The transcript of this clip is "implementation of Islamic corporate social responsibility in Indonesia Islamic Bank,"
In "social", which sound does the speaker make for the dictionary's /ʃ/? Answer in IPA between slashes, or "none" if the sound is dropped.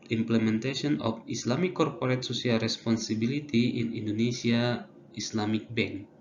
/s/